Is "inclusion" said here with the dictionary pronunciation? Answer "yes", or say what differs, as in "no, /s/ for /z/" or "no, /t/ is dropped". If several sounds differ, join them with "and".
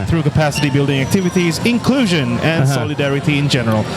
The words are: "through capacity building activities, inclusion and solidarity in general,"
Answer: yes